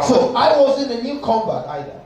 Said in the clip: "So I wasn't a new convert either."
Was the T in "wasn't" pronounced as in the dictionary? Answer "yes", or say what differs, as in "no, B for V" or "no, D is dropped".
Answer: no, T is dropped